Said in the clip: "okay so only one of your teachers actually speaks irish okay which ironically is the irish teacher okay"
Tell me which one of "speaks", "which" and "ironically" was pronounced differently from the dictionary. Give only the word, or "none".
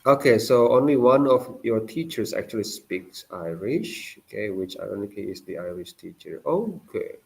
ironically